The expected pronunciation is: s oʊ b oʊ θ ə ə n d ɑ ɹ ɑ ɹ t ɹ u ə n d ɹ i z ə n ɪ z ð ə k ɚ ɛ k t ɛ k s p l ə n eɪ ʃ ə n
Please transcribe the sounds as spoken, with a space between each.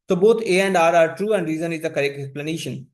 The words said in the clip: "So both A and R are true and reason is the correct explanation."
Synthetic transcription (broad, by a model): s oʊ b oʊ t ə ə n d ɑ ɹ ɑ ɹ t ɹ u ə n d ɹ i z ə n ɪ z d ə k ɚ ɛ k ɛ k s p l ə n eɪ ʃ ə n